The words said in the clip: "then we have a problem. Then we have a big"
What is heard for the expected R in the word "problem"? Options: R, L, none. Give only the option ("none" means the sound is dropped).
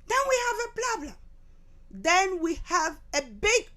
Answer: L